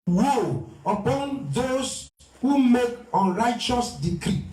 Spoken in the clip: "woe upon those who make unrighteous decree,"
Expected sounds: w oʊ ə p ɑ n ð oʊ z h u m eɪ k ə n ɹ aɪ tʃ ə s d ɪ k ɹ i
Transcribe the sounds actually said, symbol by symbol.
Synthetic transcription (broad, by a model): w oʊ ə p ɑ n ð oʊ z h u m eɪ k ə n ɹ aɪ tʃ ə s d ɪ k ɹ i